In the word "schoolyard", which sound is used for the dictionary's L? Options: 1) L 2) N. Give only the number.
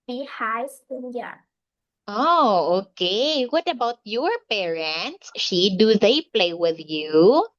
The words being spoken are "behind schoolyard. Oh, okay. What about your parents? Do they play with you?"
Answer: 2